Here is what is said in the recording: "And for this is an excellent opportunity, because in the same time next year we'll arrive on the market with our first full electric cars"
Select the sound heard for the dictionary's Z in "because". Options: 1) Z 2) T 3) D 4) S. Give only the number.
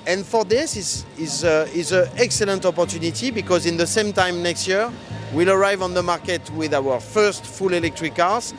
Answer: 1